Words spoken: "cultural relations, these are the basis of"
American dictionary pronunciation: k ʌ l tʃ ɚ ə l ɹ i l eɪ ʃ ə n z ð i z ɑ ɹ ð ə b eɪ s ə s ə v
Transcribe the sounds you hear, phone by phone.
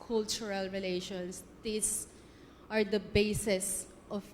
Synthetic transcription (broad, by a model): k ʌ l tʃ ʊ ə l ɹ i l eɪ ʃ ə n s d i s ɑ ɹ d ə b eɪ s ə s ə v